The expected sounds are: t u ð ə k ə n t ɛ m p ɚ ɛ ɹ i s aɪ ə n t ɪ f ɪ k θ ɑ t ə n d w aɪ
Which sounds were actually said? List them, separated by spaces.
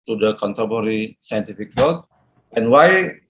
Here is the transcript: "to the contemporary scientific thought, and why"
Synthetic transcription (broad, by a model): t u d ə k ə n t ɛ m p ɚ ɹ i s aɪ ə n t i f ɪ k s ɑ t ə n w aɪ